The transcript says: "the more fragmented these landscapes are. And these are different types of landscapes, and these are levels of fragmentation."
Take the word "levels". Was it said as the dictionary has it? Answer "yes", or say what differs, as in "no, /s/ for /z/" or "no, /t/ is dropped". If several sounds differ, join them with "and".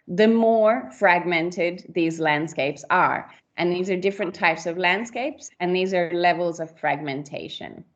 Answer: yes